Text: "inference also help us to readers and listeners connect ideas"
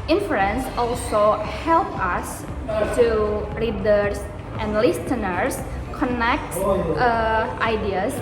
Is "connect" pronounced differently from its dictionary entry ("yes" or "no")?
no